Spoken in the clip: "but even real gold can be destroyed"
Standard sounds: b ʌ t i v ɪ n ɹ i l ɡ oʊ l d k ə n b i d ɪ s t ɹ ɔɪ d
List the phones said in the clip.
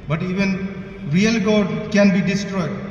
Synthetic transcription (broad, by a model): b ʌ t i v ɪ n ɹ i l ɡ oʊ d k ə n b i d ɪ s t ɹ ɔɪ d